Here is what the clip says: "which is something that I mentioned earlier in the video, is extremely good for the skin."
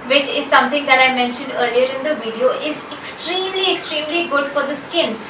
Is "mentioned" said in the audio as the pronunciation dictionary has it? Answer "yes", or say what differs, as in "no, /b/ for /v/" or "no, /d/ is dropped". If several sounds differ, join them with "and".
yes